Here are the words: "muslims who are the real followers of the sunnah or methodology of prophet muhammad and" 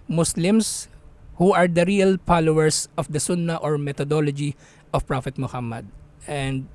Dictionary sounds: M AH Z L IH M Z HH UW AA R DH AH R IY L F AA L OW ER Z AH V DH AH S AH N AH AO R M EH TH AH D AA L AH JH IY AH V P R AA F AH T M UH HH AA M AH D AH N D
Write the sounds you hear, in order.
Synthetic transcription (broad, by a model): M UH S L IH M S HH UW AA R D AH R IY L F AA L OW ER S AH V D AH S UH N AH AO R M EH T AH D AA L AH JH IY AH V P R AA F AH T M UH HH AA M AH D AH N D